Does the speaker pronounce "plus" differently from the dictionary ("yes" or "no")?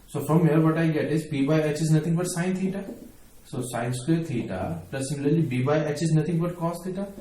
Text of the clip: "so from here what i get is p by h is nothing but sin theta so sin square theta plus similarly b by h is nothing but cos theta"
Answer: yes